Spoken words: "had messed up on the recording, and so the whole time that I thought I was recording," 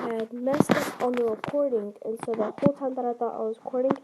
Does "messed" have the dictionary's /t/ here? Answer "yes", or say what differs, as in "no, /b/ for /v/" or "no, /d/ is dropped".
no, /t/ is dropped